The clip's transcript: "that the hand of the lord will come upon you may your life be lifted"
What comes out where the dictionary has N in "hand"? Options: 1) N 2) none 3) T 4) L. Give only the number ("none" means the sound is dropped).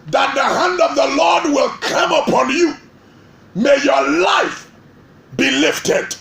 1